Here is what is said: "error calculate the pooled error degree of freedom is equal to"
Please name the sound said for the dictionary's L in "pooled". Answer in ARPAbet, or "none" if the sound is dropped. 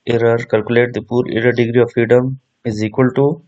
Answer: none